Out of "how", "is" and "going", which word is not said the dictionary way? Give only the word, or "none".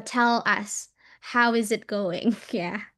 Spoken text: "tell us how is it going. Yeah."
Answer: none